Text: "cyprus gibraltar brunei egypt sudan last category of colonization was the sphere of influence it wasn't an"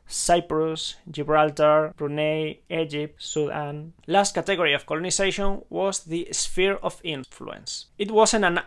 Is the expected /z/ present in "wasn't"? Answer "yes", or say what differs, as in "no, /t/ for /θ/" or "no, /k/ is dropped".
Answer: no, /s/ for /z/